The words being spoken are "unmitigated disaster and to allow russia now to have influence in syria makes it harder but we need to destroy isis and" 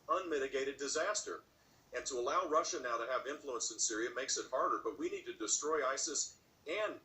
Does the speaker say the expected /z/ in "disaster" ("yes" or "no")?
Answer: yes